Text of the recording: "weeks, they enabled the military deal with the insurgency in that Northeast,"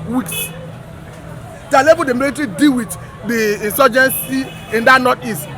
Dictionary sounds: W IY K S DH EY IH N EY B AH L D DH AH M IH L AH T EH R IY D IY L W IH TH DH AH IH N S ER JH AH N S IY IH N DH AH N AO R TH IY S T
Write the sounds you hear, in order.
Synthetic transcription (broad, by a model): W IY K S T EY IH L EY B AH D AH M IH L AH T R IY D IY W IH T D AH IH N S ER JH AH N S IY IH N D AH N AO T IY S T